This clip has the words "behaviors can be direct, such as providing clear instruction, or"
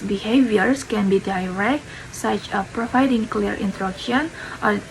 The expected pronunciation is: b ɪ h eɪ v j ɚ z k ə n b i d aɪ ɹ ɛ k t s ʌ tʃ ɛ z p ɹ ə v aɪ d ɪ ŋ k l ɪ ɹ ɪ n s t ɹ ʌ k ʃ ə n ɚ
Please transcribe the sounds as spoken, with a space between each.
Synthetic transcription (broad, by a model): b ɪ h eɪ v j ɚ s k ə n b i d aɪ ɹ ɛ k t s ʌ tʃ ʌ p ɹ ə v aɪ d ɪ ŋ k l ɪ ɹ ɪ n t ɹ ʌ k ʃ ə n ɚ